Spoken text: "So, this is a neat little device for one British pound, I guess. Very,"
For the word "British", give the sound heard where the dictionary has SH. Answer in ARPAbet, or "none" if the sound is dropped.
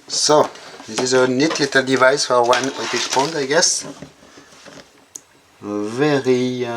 S